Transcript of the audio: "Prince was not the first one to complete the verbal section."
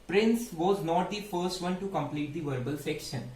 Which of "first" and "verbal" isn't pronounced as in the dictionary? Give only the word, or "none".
none